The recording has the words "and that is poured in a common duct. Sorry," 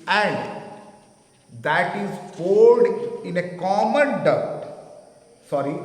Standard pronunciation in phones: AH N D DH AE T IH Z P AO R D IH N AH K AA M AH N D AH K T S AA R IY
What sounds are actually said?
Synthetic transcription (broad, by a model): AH N D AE T IH Z F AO L D IH N AH K AA M AH N D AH T S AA R IY